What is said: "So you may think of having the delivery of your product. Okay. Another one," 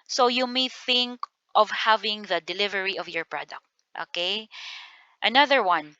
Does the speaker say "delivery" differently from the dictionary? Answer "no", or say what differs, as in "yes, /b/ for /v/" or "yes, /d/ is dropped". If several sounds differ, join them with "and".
no